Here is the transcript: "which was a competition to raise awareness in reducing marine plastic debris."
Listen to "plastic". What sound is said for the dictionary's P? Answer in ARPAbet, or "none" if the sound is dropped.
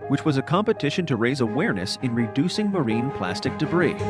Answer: P